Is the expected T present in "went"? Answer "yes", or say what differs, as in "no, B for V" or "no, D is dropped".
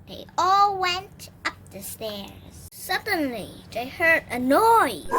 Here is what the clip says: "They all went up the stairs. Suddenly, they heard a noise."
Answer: yes